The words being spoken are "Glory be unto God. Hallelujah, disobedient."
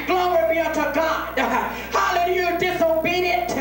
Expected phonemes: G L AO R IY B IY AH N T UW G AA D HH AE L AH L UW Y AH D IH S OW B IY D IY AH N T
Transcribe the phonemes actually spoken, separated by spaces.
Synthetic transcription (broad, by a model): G L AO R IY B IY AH T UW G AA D HH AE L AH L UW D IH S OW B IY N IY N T